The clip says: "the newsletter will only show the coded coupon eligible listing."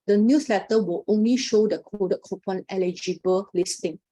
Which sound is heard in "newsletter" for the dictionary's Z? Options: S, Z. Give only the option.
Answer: S